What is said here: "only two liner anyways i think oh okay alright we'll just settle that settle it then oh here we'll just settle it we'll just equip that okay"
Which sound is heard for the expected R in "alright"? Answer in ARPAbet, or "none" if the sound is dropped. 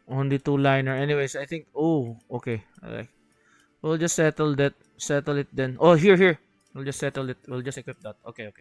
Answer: none